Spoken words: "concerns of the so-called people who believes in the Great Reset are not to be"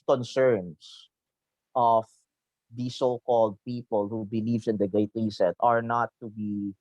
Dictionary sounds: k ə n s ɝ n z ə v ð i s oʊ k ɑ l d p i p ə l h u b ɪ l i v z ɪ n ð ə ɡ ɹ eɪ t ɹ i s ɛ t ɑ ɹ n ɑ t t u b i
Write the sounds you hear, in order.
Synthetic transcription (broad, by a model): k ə n s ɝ n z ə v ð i s oʊ k ɑ l d p i p ə l h u b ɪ l i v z ɪ n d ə ɡ eɪ t ɹ i s ɛ t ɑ ɹ n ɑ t t u b i